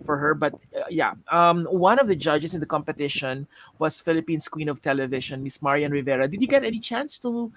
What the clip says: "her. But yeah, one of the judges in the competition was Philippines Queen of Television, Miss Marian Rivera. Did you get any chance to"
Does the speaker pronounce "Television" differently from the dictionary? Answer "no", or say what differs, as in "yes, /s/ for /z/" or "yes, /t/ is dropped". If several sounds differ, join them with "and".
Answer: yes, /ʃ/ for /ʒ/